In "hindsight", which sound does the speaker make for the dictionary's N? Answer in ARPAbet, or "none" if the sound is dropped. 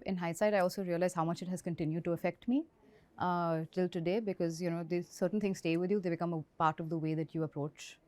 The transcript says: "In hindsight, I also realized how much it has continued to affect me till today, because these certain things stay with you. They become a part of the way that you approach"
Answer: none